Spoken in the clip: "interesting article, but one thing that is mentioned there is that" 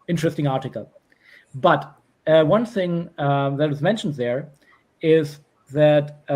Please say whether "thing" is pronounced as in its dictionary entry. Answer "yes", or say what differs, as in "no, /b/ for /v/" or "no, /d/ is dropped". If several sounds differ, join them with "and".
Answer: yes